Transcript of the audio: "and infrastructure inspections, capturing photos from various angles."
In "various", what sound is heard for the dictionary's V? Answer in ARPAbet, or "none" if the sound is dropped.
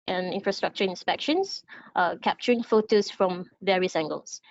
V